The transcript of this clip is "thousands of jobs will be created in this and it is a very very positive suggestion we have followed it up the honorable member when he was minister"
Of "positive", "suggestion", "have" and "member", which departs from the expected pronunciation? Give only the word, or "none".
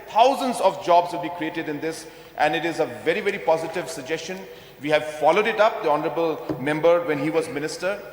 none